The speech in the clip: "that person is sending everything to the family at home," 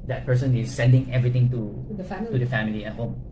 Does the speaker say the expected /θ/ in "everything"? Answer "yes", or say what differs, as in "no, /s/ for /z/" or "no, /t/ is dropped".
no, /t/ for /θ/